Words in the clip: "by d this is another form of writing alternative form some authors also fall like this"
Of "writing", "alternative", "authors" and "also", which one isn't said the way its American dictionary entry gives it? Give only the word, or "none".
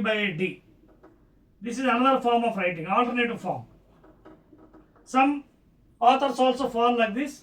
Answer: authors